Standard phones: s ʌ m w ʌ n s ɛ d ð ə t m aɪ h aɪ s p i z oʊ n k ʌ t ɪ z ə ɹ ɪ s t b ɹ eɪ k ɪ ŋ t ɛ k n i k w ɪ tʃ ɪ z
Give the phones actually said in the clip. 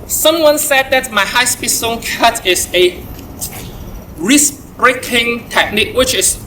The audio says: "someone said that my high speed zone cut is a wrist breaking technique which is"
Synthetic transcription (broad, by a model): s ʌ m w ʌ n s ɛ d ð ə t m aɪ h aɪ s p i s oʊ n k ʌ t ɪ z ə ɹ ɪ s b ɹ eɪ k ɪ ŋ t ɛ k n i k w ɪ tʃ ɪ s